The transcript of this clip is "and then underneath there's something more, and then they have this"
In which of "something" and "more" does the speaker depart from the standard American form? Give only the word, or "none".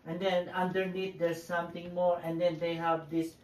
something